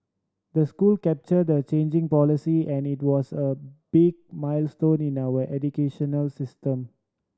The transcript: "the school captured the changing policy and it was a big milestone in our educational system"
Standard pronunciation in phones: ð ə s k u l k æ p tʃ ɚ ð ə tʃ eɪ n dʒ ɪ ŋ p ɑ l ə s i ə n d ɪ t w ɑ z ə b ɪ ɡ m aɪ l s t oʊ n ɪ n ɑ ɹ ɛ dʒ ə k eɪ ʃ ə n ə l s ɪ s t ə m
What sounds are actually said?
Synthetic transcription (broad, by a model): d ə s k u l k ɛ p tʃ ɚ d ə tʃ eɪ n dʒ ɪ ŋ p ɑ l ə s i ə n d ɪ t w ɑ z ə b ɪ ɡ m aɪ l s t oʊ n ɪ n ɑ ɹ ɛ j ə k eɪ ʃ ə n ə l s ɪ s t ə m